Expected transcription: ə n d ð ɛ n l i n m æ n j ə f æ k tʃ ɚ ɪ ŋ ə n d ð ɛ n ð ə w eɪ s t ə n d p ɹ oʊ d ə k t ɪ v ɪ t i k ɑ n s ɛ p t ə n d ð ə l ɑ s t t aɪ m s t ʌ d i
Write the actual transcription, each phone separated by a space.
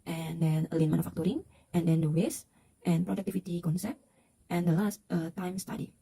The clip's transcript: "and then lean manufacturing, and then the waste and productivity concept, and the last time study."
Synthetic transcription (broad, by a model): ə n d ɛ n l i n m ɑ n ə f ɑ k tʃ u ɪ ŋ ə n d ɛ n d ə w eɪ s t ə n p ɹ oʊ d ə k t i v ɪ t i k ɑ n s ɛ p t ə n d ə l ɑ s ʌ t aɪ m s t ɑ d i